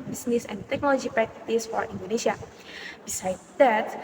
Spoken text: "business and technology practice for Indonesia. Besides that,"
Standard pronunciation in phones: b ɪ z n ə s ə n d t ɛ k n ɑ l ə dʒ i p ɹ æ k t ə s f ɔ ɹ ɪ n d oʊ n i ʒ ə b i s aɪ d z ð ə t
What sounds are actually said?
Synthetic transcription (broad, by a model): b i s n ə s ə n t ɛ k n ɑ l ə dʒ i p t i t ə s f ɔ ɹ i n d oʊ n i s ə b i s aɪ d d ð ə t